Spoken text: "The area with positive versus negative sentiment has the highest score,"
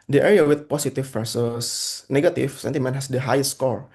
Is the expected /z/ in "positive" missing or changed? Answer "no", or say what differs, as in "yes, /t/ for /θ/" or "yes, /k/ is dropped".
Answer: yes, /s/ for /z/